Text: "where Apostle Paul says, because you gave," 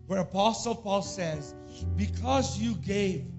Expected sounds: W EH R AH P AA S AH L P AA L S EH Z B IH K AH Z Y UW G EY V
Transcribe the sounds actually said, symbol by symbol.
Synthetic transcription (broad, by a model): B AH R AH P AA S L P AA L S EH Z B IH K AH Z Y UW G EY V